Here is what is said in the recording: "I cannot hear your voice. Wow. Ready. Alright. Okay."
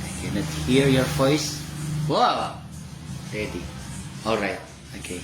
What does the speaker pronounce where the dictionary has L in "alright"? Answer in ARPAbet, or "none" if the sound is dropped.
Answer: L